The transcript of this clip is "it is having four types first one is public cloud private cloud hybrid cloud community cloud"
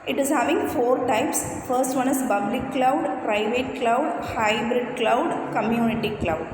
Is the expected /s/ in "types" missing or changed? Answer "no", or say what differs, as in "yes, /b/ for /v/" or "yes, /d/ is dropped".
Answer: no